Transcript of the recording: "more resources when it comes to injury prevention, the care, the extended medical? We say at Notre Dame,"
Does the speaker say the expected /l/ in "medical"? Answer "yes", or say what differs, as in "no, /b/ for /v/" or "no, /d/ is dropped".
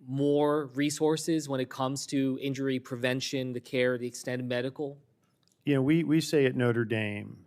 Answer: no, /w/ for /l/